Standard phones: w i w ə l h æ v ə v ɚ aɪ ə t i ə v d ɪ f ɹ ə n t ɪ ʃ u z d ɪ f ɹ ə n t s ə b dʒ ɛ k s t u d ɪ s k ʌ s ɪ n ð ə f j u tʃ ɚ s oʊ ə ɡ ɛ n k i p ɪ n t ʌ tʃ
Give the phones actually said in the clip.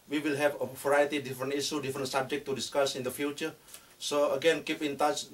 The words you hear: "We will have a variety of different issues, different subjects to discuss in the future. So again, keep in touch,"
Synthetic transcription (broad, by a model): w i w ə l h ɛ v ə v ɚ aɪ ə t i d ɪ f ɹ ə n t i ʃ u d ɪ f ɹ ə n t s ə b dʒ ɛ k t u d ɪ s k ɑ s ɪ n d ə f j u tʃ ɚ s oʊ ə ɡ ɛ n k i p ɪ n t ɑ tʃ